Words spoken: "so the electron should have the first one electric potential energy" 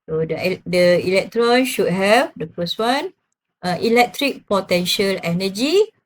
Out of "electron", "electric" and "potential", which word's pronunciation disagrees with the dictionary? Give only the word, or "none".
none